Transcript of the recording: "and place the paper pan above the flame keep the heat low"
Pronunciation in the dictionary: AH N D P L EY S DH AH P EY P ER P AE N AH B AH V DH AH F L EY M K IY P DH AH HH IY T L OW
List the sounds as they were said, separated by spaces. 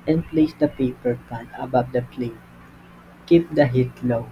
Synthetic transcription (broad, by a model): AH N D P L EY S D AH P EY P ER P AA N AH B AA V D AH P L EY K IY P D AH HH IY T L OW